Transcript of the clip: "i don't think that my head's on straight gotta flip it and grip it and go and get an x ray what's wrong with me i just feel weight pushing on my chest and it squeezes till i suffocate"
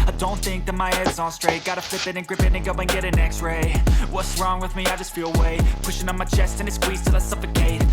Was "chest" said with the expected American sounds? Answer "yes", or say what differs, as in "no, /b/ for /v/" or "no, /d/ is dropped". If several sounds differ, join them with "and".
yes